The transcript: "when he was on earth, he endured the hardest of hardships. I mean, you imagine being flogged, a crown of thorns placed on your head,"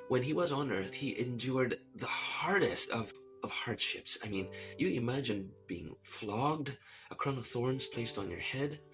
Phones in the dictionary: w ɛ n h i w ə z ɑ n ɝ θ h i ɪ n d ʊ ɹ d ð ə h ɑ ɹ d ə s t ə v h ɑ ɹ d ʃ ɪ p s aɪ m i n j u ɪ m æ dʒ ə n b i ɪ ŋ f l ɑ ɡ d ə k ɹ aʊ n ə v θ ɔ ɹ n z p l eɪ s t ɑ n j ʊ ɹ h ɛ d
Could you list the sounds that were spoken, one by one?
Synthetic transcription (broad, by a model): w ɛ n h i w ə z n ɝ θ h i ɪ n d ʊ ɹ d ð ə h ɑ ɹ d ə s t ə v h ɑ ɹ d ʃ ɪ p s aɪ m i n j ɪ ɪ m æ dʒ ə n b i ɪ ŋ f l ɑ ɡ d ə k ɹ aʊ n ə v θ ɔ ɹ n z p l eɪ s t n j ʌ ɹ h ɛ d